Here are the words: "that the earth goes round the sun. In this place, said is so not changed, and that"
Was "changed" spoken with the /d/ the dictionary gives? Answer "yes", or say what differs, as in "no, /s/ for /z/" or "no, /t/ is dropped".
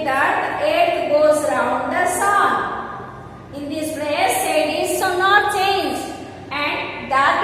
no, /d/ is dropped